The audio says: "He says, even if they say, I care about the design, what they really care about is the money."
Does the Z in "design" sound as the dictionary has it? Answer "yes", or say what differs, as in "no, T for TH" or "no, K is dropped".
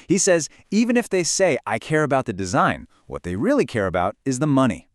yes